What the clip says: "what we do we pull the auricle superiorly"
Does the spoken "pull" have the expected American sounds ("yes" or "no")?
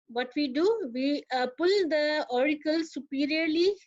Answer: yes